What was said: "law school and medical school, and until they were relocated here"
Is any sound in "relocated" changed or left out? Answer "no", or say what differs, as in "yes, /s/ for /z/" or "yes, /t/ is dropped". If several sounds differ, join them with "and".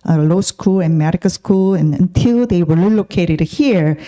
yes, /l/ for /ɹ/